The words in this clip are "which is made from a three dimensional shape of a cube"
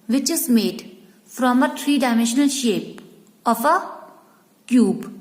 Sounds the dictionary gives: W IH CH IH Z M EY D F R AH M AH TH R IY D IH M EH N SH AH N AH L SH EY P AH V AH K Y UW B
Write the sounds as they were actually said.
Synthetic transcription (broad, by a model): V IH CH IH Z M EY D F R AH M AH T R IY D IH M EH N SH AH N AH L SH EY P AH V AH K Y UW B